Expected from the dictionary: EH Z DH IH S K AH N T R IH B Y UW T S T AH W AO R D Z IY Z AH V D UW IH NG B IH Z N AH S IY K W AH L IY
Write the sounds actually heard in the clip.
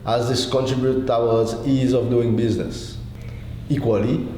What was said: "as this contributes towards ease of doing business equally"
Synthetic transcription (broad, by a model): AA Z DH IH S K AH N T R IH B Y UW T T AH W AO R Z IY Z AH V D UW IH NG B IH Z N AH S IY K W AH L IY